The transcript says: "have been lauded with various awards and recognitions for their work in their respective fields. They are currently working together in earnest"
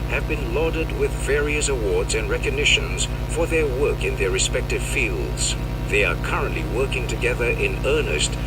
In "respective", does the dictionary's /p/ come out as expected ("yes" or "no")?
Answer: yes